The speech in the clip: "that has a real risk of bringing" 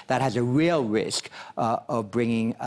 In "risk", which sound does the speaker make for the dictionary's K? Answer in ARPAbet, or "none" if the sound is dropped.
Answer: K